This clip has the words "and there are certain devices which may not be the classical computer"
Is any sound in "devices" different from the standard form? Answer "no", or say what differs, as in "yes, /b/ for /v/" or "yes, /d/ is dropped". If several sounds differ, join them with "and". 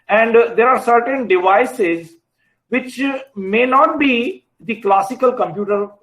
no